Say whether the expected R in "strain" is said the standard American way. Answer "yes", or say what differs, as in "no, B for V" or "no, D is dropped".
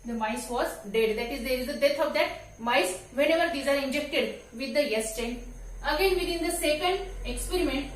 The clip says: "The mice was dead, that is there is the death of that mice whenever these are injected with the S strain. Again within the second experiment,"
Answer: no, R is dropped